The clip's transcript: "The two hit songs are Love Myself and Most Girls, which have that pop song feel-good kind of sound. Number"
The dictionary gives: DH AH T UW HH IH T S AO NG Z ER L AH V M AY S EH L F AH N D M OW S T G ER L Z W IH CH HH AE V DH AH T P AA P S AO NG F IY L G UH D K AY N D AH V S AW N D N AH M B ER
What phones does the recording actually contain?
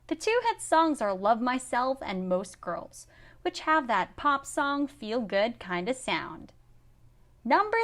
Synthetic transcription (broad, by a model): DH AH T UW HH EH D S AO NG Z ER L AH V M AY S EH L F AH N M OW S T G ER L Z W IH CH HH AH V DH AH T P AA P S AO NG F IY L G UH D K AY N D AH V S AW N D N AH M B ER